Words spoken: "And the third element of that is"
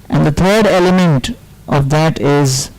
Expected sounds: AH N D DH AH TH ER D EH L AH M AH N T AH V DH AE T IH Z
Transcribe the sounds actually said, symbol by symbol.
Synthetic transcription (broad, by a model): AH N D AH T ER D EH L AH M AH N T AH V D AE T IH Z